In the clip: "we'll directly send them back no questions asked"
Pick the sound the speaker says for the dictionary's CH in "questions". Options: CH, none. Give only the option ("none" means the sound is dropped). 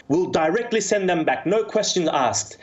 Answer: CH